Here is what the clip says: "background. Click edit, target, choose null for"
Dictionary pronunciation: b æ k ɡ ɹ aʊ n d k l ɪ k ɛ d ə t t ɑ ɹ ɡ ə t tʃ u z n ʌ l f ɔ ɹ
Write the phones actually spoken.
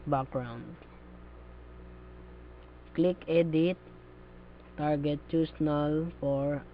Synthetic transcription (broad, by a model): b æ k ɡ ɹ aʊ n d k l ɪ k ɛ d ə t t ɑ ɹ ɡ ə t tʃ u s n ʌ l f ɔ ɹ